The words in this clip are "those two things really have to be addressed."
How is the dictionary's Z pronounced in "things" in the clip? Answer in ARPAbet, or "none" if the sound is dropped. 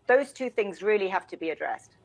Z